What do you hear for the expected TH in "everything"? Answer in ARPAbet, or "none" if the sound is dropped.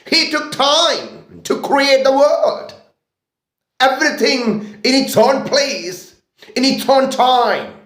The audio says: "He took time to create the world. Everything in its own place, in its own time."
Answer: TH